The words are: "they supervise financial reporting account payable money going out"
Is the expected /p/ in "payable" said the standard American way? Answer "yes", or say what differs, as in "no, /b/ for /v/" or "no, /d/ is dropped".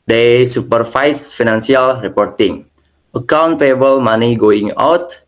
no, /f/ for /p/